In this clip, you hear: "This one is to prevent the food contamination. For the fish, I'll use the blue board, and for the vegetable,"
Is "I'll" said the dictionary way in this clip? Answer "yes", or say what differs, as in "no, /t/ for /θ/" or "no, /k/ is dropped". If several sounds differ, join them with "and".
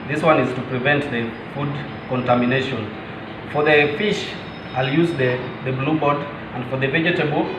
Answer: yes